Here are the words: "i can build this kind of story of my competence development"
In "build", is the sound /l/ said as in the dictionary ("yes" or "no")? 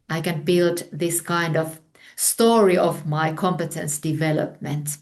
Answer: yes